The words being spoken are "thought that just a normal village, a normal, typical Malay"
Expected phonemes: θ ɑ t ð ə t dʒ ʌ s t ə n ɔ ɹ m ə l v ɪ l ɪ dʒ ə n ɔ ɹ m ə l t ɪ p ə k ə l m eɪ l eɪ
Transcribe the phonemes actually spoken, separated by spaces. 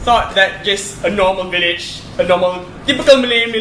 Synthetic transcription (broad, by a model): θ ɑ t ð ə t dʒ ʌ s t ə n ɔ m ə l v ɪ l ɪ dʒ ə n ɔ m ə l t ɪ p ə k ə l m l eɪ